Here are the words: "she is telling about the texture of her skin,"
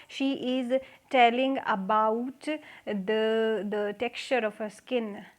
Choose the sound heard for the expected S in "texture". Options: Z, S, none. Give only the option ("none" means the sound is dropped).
S